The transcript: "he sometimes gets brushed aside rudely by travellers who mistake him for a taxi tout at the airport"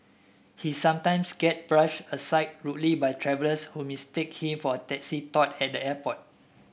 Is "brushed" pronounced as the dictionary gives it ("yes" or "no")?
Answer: no